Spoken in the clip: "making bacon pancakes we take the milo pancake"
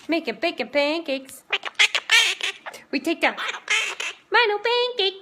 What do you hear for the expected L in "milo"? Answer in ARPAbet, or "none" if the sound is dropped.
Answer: N